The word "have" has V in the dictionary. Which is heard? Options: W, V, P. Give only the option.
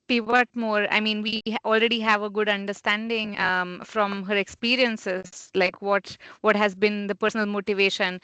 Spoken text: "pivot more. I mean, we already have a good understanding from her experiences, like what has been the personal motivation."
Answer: V